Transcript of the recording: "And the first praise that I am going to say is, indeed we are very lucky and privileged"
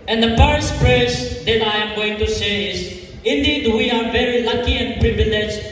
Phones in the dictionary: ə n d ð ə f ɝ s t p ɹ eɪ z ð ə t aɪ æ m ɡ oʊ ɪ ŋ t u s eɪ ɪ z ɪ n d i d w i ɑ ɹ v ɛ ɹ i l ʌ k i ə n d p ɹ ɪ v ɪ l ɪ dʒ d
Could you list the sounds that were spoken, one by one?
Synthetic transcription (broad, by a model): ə n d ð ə p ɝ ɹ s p ɹ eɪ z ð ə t aɪ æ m ɡ oʊ ɪ ŋ t u s eɪ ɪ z ɪ n d i d w i ɑ ɹ v ɛ ɹ i l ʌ k i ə n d p ɹ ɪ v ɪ l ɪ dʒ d